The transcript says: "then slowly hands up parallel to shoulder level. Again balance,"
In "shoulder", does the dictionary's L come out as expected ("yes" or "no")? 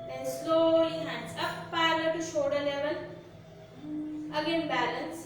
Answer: no